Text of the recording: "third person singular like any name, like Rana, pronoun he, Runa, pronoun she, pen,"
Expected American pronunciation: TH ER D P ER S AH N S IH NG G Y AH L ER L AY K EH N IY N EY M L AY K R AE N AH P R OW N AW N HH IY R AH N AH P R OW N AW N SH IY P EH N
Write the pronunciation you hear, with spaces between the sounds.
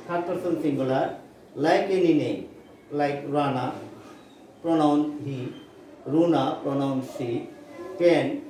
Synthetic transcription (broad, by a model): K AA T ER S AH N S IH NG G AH L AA L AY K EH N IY N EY L AY K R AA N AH P R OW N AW N HH IY R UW N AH P R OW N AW N S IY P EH N